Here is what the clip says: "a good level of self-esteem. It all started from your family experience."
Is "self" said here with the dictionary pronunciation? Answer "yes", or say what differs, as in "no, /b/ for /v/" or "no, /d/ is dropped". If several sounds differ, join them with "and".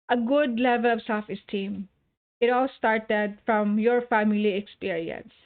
no, /l/ is dropped